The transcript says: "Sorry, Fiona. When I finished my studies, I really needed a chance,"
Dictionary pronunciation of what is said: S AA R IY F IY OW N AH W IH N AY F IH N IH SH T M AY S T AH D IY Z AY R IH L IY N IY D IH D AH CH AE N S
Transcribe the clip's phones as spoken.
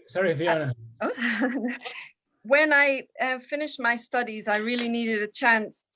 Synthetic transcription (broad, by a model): S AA R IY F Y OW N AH W IH N AY F IH N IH SH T M AY S T AH D IY Z AY R IH L IY N IY D IH D AH CH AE N S